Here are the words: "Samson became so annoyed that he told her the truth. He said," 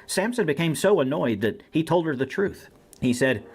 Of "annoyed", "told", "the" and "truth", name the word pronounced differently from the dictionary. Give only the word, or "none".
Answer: none